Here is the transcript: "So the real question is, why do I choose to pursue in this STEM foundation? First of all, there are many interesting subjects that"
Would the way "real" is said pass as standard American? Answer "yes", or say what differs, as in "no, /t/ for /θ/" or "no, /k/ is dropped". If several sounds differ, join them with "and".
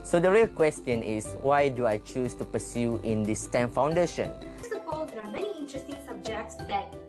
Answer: yes